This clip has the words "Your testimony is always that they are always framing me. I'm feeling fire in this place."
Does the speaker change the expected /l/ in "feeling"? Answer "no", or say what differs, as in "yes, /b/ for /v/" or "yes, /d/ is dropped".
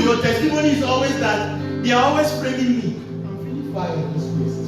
yes, /l/ is dropped